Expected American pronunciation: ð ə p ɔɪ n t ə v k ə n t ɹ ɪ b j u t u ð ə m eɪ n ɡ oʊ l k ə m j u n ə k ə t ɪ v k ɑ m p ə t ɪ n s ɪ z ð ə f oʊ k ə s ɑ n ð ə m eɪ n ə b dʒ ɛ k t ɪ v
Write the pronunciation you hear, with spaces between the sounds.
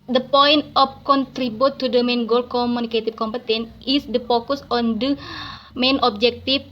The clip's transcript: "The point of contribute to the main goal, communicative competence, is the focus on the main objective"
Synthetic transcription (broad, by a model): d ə p ɔɪ n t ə f k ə n t ɹ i b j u t u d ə m eɪ n ɡ oʊ l k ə m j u n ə k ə t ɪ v k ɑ m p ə t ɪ n ɪ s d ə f oʊ k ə s ɑ n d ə m eɪ n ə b dʒ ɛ k t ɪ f